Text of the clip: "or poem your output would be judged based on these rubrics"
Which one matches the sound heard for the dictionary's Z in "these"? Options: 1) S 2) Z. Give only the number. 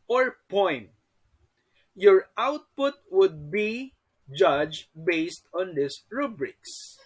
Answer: 1